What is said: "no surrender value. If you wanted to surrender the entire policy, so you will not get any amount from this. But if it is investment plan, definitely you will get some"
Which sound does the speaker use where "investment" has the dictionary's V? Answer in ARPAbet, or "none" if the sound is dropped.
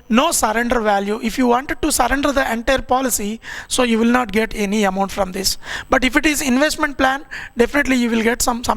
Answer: V